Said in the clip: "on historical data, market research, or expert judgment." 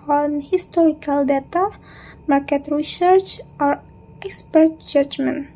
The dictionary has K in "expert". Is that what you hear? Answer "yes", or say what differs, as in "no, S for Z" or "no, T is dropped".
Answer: yes